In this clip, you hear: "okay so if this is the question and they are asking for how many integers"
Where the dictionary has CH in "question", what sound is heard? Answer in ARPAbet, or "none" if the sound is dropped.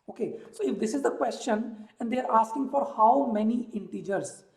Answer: CH